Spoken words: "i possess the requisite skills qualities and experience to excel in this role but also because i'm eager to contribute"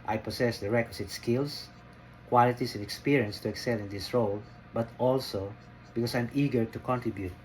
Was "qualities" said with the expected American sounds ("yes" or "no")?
no